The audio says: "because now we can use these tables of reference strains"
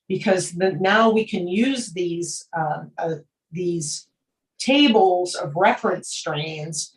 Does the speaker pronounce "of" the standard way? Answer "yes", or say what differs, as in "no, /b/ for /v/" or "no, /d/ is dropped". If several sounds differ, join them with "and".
yes